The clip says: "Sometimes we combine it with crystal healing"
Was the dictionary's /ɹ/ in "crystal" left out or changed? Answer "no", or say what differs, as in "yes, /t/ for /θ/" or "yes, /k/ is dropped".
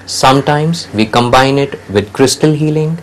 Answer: no